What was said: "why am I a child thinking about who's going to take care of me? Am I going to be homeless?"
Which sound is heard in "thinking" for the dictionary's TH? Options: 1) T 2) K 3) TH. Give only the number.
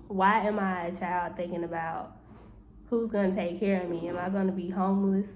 3